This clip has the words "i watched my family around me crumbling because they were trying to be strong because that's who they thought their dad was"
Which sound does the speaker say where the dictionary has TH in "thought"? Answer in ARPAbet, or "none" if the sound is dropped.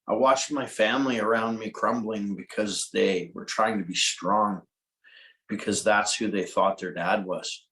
TH